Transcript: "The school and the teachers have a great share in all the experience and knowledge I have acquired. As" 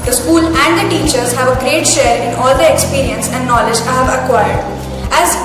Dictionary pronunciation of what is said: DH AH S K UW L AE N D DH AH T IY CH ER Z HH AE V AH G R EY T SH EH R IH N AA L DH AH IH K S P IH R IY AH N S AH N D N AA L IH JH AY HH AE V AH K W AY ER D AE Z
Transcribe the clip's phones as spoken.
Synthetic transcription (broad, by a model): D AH S K UW L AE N D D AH T IY CH ER Z HH AE V AH G R EY T SH EH R IH N AA L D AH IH K S P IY R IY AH N S AH N D N AA L IH JH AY HH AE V AH K W AY ER D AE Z